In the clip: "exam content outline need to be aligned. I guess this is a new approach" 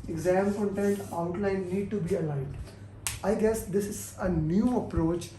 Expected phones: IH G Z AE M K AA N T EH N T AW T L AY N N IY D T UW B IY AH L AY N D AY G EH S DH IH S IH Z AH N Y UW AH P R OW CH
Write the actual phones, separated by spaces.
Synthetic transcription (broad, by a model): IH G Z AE M K AA N T EH N T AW T L AY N N IY D T UW B IY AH L AY D AY G EH S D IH S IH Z AH N Y UW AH P R OW CH